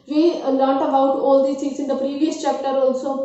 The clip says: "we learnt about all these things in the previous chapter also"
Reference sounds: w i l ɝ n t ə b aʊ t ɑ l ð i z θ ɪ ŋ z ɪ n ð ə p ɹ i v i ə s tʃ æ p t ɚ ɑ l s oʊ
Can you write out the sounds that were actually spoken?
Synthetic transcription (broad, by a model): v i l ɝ t ə b aʊ t ɑ l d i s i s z ɪ n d ə p ɹ i v i ə s tʃ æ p t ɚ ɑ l s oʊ